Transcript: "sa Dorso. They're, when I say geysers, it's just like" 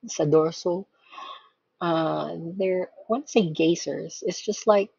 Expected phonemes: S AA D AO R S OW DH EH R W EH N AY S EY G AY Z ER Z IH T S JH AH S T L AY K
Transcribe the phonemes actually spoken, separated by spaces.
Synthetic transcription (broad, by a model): S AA D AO R S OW DH EH R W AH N S EY G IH S ER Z IH T S JH AH S T L AY K